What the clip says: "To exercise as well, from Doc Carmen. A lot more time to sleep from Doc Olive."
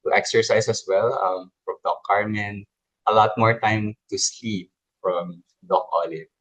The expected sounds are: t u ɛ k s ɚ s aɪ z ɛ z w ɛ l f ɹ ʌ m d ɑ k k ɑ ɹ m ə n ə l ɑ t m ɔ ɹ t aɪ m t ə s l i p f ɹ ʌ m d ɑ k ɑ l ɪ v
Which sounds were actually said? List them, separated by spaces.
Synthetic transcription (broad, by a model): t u ɛ k s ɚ s aɪ s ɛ s w ɛ l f ɹ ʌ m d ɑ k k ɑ ɹ m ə n ə l ɑ t m ɔ ɹ t aɪ m t ə s l i p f ɹ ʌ m d ɑ k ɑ l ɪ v